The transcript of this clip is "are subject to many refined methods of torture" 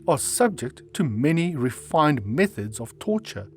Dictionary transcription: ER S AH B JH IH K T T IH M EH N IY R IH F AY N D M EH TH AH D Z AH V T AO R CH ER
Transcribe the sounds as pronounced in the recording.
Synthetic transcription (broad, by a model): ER S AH B JH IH K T T IH M EH N IY R IH F AY N D M EH TH AH D Z AH V T AO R CH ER